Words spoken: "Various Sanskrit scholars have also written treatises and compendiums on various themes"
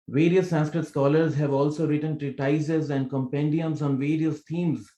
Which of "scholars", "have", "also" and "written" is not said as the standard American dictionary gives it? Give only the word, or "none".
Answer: none